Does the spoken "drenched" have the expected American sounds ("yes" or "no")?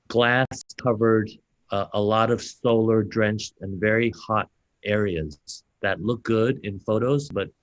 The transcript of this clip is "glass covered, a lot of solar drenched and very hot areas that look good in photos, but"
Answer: yes